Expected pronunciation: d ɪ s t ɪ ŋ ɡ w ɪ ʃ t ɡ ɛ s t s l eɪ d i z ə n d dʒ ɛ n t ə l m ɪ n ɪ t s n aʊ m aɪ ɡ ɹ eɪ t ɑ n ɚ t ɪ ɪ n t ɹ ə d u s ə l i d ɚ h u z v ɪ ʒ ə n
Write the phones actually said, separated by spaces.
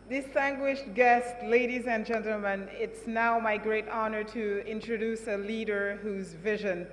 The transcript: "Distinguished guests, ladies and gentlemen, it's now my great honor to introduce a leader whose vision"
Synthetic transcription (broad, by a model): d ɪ s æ ŋ ɡ w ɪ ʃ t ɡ ɛ s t l eɪ d i z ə n dʒ ɛ n t l m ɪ n ɪ t s n aʊ m aɪ ɡ ɹ eɪ t ɑ n ɚ t ɪ ɪ n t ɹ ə d u s ə l i d ɚ h u z v ɪ ʒ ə n